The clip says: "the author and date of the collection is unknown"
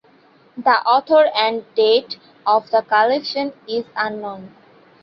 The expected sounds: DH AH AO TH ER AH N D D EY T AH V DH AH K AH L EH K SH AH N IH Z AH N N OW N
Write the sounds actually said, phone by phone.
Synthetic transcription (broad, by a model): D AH AO T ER AH N D D EY T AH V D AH K AH L EH K SH AH N IH Z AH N N OW N